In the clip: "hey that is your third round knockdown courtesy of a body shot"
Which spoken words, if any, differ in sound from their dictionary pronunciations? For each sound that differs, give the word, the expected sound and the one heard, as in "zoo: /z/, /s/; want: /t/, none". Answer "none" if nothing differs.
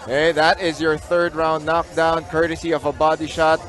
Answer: none